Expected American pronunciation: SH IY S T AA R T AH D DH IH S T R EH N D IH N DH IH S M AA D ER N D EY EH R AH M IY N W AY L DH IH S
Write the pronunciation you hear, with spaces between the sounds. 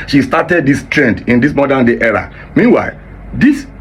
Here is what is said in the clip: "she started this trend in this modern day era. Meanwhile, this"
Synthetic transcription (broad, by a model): SH IY S T AA T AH D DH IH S T R EH N D IH N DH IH S M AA D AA N D EY EH R AH M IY N W AY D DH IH S